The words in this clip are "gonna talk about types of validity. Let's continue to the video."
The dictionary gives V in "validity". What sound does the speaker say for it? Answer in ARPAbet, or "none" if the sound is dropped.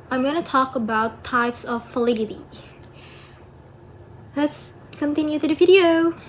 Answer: F